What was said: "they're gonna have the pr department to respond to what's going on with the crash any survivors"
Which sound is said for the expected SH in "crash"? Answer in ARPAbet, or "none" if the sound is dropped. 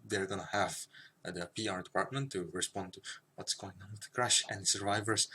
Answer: SH